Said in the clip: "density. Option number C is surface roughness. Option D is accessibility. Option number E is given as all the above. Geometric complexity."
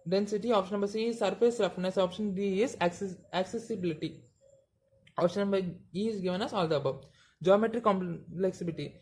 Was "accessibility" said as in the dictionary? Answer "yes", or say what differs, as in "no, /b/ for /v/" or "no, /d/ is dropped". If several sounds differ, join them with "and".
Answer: yes